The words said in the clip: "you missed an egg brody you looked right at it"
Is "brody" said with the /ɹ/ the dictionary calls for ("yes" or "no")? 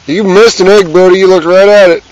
no